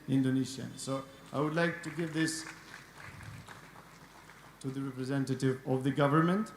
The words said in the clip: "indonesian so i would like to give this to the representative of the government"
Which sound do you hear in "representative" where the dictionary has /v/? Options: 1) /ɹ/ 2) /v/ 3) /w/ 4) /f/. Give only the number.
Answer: 2